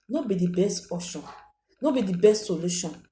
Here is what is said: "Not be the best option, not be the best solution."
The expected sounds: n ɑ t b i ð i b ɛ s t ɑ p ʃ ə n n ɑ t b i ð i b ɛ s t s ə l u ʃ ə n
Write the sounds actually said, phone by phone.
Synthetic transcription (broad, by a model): n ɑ b i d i b ɛ s t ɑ ʃ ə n n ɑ b i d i b ɛ s t s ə l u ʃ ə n